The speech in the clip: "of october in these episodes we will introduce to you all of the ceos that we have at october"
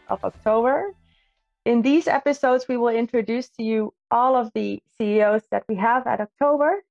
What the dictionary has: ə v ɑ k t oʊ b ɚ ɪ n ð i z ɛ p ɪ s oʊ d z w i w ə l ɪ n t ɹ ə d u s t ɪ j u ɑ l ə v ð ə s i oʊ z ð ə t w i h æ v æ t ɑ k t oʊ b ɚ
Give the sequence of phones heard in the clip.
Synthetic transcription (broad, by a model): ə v ɑ k t oʊ b ɚ ɪ n ð i z ɛ p ɪ s oʊ d z w i w ə l ɪ n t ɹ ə d u s t ɪ j u ɑ l ə v ð ə s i oʊ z ð ə t w i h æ v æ t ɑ k t oʊ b ɚ